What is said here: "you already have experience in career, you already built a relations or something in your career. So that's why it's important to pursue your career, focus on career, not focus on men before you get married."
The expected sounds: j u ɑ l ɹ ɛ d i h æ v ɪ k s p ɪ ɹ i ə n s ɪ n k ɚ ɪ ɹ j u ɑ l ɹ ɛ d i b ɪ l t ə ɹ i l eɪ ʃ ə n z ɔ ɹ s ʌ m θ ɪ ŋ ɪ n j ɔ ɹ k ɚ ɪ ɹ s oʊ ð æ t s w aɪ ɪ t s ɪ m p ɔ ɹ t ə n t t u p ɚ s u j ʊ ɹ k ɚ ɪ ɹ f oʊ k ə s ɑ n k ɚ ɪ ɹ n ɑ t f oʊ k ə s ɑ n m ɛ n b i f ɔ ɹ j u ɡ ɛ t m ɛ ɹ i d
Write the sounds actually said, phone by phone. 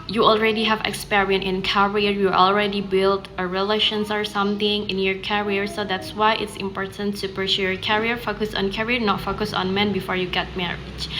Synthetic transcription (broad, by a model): j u ɑ l ɹ ɛ d i h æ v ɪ k s p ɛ ɹ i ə n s ɪ n k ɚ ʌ ɹ j u ɑ l ɹ ɛ d i b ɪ l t ə ɹ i l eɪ ʃ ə n s ɔ ɹ s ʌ m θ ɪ ŋ ɪ n j ɔ ɹ k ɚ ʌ ɹ s oʊ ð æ t s w aɪ ɪ t s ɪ m p ɔ ɹ t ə n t t u p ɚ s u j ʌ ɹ k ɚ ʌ ɹ f oʊ k ə s ɑ n k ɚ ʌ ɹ n ɑ t f oʊ k ə s ɑ n m ɛ n b i f ɔ ɹ j u ɡ ɛ t m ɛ ɹ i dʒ